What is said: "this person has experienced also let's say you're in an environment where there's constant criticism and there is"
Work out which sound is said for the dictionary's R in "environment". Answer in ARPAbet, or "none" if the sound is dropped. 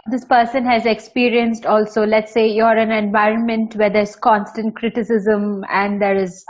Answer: R